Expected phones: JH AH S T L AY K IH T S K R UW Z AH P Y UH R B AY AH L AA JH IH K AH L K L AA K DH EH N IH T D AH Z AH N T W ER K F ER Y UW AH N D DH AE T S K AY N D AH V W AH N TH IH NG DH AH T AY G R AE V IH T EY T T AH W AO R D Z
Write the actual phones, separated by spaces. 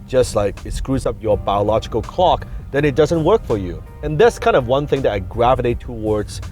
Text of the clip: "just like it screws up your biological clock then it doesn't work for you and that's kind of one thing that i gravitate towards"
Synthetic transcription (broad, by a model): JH AH S T L AY K IH T S K R UW Z AH P Y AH R B AY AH L AA JH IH K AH L K L AA K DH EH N IH T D AH Z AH N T W ER K F ER Y UW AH N DH AE T S K AY N D AH V W AH N TH IH NG DH AH T AY G R AE V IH T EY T T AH W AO R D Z